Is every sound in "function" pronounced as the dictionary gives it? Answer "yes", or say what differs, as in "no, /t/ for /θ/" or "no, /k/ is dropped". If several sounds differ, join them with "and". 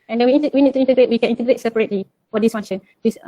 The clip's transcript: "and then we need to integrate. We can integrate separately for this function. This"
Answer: no, /k/ is dropped